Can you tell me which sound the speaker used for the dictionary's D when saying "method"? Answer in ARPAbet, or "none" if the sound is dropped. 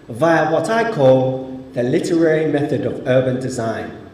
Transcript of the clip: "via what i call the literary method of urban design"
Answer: D